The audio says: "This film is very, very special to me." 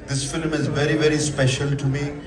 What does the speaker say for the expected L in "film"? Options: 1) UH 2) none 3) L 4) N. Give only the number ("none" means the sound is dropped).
3